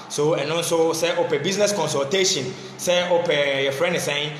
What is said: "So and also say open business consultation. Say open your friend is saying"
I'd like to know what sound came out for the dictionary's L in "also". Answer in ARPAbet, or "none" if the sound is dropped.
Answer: N